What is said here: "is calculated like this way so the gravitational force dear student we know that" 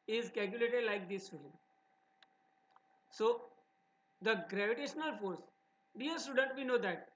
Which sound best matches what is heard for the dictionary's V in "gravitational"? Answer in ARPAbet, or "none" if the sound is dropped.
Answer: V